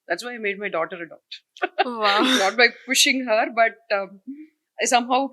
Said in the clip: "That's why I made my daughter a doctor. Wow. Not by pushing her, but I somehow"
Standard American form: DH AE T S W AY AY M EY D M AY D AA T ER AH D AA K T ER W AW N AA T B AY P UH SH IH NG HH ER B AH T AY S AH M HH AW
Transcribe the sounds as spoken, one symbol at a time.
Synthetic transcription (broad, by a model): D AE T S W AY AY M EY D M AY D AA T ER AH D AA T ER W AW N AA T B AY P UH SH IH NG HH ER B AH T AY S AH M HH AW